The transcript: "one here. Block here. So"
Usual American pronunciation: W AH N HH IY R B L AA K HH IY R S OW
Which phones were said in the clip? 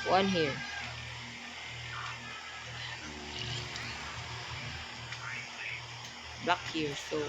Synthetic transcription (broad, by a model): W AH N HH IY R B AA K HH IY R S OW